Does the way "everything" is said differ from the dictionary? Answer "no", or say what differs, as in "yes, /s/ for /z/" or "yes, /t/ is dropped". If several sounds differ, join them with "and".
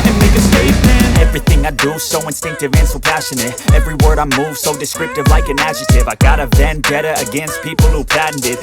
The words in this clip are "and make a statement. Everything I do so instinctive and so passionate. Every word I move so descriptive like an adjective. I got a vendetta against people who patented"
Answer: no